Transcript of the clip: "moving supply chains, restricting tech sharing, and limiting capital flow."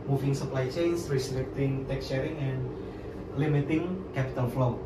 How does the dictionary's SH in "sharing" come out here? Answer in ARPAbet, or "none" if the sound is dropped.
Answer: S